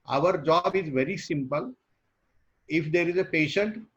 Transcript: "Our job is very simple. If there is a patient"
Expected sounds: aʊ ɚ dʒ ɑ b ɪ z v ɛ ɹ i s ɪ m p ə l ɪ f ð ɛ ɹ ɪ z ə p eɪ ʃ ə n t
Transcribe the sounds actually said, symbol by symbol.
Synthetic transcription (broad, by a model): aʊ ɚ dʒ ɑ b ɪ z v ɛ ɹ i s ɪ m p ə l ɪ f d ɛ ɹ ɪ z ə p eɪ ʃ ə n t